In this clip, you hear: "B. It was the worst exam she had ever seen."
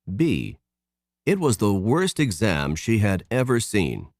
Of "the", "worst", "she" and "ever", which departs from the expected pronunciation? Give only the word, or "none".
none